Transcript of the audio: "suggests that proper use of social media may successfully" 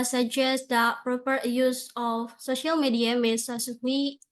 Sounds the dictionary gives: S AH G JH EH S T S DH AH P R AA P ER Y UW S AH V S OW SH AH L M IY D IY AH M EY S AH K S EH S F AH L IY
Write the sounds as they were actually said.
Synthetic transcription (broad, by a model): S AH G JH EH S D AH P R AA P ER Y UW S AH F S OW SH AH L M IY D IY AH M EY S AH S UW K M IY